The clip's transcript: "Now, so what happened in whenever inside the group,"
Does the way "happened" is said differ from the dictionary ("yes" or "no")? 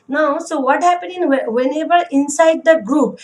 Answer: yes